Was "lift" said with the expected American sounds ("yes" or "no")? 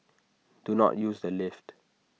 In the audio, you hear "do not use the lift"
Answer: yes